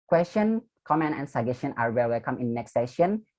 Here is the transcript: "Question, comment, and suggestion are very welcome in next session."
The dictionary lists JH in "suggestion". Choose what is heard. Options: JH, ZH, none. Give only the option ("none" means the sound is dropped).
none